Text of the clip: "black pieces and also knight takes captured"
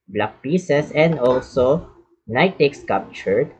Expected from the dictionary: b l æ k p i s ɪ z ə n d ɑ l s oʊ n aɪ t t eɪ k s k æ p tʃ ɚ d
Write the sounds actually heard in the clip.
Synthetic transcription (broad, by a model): b l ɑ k p i s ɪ s ə n d ɑ l s oʊ n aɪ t t eɪ k s k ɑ p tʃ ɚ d